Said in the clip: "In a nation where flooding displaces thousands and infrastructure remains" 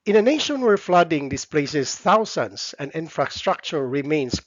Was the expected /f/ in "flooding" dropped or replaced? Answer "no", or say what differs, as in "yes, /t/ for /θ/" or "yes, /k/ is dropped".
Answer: no